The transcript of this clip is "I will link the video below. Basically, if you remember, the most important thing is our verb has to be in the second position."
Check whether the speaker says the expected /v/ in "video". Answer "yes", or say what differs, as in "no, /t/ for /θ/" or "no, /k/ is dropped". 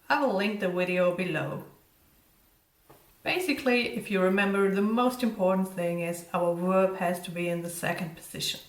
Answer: no, /w/ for /v/